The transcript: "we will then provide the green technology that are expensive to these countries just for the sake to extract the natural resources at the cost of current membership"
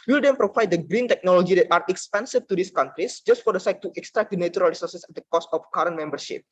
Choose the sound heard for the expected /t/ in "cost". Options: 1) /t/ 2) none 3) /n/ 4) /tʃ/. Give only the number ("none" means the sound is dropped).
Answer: 1